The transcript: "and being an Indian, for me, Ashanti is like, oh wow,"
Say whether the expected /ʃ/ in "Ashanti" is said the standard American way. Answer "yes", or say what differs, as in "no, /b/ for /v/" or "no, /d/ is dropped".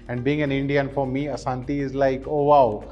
no, /s/ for /ʃ/